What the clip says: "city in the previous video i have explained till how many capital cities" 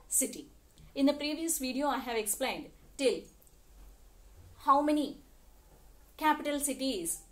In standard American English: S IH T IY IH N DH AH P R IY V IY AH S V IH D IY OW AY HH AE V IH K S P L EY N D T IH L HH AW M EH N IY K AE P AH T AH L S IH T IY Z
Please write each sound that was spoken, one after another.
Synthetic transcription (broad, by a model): S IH T IY IH N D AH P R IY V IY AH S V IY D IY OW AY HH AE V IH K S P L EY N D T IH L HH AW M EH N IY K AE P AH T AH L S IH T IY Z